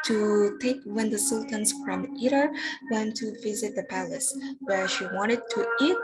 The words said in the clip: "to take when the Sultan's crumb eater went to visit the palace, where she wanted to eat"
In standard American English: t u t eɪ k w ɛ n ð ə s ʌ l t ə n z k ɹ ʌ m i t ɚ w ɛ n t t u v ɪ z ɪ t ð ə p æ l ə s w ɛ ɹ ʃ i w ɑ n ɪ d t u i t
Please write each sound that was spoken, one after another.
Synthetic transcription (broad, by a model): t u t eɪ k w ɛ n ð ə s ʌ l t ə n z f ɹ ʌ m i t ɚ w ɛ n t t u v ɪ z ɪ t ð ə p æ l ə s w ɛ ɹ ʃ i w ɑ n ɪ d t u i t